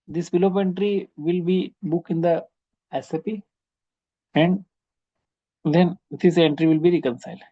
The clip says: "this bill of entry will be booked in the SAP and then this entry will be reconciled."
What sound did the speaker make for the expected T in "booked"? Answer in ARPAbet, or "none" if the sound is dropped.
none